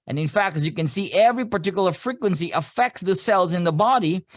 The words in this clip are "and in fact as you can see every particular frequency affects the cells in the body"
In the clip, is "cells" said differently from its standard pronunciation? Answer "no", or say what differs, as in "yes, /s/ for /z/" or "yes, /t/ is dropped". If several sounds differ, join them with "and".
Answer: no